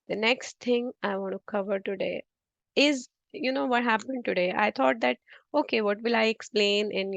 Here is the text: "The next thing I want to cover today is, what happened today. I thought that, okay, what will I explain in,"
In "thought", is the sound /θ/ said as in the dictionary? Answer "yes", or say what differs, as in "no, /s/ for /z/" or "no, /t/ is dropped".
no, /t/ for /θ/